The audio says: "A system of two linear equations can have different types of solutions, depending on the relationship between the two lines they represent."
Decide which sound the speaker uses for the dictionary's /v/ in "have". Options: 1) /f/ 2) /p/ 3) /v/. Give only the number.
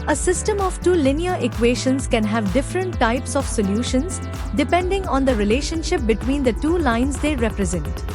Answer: 3